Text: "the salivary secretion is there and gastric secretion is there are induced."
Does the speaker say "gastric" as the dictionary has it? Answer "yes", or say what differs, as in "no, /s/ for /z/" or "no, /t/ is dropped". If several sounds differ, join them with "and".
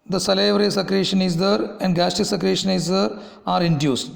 no, /ɹ/ is dropped